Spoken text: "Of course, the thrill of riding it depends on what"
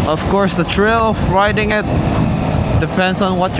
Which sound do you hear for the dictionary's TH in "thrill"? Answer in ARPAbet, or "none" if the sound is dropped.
T